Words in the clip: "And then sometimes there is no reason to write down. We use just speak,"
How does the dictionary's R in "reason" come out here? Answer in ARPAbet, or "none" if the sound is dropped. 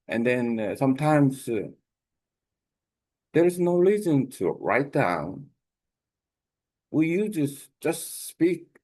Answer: L